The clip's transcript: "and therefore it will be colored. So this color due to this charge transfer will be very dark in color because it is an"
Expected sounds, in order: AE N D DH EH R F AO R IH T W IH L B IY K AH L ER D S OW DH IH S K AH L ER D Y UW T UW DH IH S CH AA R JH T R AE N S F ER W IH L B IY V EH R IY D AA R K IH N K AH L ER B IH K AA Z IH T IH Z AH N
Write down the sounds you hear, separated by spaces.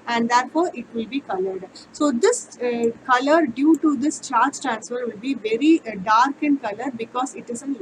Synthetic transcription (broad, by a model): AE N D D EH R F AO R IH T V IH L B IY K AH L ER D S OW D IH S K AH L ER D Y UW T UW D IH S CH AA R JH T R AE N S F ER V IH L B IY V EH R IY D AA R K IH N K AH L ER B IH K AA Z IH T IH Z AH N